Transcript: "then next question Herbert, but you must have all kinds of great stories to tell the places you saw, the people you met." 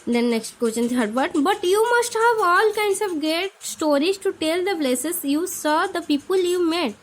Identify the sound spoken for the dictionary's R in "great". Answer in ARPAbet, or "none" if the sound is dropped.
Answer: none